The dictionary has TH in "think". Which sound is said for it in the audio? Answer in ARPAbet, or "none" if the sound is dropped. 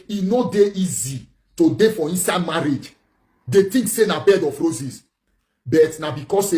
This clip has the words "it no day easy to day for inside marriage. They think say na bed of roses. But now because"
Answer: T